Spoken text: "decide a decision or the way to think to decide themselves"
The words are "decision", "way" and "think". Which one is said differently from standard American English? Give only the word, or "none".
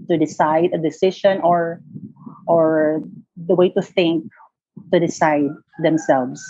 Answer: decision